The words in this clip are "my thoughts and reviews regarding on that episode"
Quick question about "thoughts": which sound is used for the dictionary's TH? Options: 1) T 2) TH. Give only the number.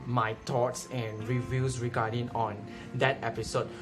1